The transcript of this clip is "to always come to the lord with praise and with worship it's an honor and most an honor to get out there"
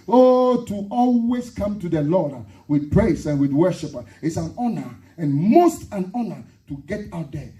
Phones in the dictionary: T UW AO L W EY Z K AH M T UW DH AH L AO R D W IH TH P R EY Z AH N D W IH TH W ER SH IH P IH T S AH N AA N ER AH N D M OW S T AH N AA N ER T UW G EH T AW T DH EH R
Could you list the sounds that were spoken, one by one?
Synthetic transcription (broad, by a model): T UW AO L W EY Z K AH M T UW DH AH L AO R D W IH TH P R EY S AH N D W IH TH W ER SH IH P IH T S AH N AA N ER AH N M OW S T AH N AA N ER T UW G EH T AW T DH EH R